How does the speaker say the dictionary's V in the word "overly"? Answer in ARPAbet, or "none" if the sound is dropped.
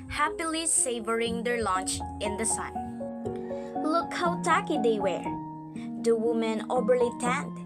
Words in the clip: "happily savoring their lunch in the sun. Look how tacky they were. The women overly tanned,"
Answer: B